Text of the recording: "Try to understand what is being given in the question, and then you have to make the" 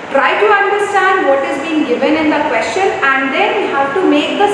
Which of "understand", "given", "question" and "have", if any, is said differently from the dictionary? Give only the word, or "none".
have